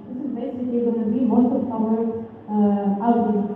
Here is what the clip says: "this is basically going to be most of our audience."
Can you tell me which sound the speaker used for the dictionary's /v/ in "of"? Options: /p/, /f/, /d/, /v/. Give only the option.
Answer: /p/